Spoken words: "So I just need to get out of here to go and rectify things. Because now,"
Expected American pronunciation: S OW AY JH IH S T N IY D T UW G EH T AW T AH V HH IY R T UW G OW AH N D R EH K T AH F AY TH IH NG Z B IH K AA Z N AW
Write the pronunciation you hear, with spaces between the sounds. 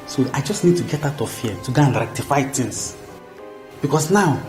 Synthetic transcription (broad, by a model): S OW AY JH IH S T N IY D T UW G EH T AW T AH V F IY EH T UW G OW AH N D R EH K T AH F AY T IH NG S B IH K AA S N AW